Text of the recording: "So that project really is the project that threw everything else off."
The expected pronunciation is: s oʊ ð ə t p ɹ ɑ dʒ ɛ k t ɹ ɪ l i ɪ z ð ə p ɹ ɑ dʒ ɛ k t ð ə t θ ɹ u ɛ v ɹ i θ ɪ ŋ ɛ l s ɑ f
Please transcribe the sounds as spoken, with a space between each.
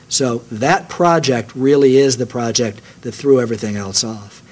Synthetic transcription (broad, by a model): s oʊ ð ə t p ɹ ɑ dʒ ɛ k t ɹ ɪ l i ɪ z ð ə p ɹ ɑ dʒ ɛ k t ð ə t θ ɹ u ɛ v ɹ i θ ɪ ŋ ɛ l s ɑ f